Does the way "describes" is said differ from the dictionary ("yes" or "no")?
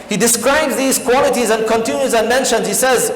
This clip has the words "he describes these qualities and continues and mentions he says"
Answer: no